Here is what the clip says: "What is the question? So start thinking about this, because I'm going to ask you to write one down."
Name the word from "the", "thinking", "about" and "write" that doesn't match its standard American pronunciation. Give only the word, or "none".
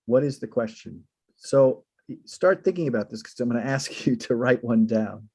none